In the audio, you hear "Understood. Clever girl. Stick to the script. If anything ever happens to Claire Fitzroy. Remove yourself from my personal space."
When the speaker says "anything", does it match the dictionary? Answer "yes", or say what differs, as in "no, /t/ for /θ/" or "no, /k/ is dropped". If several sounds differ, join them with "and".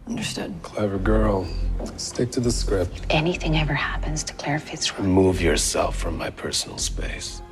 yes